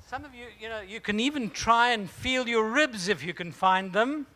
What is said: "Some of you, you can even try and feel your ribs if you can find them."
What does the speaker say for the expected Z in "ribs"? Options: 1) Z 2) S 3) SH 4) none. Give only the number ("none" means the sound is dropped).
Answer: 1